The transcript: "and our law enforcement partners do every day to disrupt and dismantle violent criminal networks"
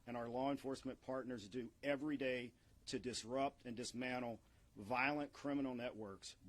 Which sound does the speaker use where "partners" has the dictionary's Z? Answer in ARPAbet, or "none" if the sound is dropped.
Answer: Z